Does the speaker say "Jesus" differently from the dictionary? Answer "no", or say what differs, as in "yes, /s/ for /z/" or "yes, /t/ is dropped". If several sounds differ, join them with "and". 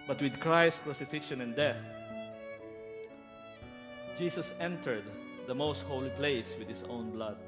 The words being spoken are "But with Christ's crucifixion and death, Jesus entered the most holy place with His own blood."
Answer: yes, /s/ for /z/